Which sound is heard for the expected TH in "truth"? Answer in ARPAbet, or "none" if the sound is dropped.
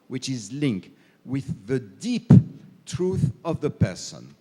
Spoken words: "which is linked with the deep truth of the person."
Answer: TH